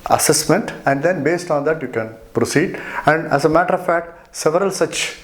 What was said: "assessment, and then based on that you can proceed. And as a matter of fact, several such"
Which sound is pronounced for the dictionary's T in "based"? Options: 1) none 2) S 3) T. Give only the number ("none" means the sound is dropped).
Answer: 3